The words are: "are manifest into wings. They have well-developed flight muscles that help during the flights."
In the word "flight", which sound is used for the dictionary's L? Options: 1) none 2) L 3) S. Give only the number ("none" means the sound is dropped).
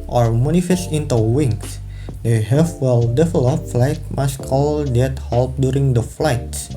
2